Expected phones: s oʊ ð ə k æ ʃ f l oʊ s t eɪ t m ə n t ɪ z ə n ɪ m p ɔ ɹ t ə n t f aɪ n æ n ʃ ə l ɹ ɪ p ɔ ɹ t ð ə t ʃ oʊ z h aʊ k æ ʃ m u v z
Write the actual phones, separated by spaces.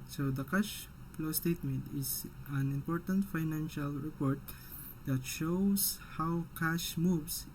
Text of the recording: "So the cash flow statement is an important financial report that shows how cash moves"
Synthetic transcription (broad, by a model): s oʊ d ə k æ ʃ p l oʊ s t eɪ t m ə n t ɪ s ə n ɪ m p ɔ ɹ t ə n t f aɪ n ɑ n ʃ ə l ɹ ɪ p ɔ ɹ t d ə t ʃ oʊ s h aʊ k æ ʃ m u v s